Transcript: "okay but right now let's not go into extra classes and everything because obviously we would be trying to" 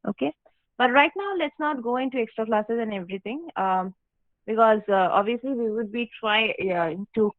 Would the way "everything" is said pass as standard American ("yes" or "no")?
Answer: no